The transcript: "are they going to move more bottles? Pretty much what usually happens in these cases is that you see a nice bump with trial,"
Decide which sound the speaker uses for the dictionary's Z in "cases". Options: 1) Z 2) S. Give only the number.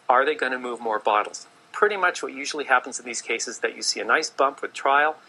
2